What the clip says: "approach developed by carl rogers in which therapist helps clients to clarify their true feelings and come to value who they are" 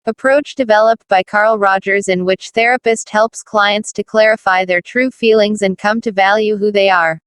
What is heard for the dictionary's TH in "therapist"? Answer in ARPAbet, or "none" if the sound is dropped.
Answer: TH